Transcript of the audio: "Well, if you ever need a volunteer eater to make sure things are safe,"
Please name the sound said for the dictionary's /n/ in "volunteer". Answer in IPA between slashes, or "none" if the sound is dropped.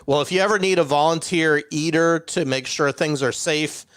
/n/